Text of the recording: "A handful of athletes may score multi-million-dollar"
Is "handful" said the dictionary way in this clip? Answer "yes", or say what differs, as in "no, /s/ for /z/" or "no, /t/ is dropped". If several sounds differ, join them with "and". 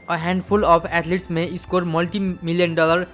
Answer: no, /p/ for /f/